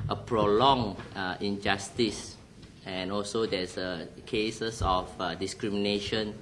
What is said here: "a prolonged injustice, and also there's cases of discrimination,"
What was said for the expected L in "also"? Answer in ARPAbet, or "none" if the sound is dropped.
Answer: L